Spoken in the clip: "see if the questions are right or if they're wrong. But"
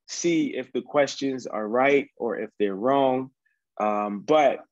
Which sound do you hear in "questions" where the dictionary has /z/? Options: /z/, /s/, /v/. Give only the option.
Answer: /z/